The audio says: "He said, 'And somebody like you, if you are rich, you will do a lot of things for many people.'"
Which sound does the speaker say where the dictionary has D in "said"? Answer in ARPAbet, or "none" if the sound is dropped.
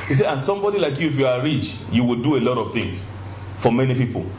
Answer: none